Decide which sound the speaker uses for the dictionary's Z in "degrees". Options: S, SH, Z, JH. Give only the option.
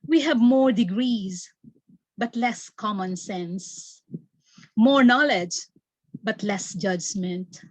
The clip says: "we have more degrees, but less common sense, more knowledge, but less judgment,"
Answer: Z